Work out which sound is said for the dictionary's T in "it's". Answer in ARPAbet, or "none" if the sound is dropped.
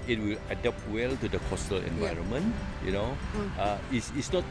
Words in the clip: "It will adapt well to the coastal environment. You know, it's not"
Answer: S